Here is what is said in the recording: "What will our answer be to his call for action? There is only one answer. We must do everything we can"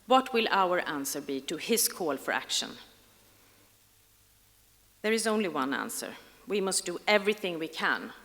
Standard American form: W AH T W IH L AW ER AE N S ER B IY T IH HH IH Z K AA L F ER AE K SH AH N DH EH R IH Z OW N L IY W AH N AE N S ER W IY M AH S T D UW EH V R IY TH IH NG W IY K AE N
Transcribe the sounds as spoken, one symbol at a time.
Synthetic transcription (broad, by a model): W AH T W IH L AW ER AE N S ER B IY T IH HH IH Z K AA L F ER AE K SH AH N DH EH R IH Z OW N L IY W AH N AE N S ER W IY M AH S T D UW EH V R IY TH IH NG W IY K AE N